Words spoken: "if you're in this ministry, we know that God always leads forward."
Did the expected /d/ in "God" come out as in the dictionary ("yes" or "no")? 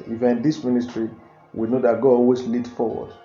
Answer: no